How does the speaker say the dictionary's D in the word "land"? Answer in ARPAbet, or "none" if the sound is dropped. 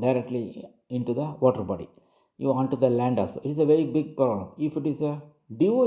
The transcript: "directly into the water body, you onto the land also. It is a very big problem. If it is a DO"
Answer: D